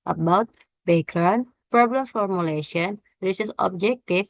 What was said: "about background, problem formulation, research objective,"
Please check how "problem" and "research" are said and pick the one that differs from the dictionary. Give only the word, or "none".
research